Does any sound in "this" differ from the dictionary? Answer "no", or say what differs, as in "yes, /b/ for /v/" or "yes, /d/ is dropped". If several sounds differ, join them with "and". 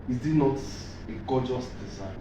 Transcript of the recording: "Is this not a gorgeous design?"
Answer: yes, /s/ is dropped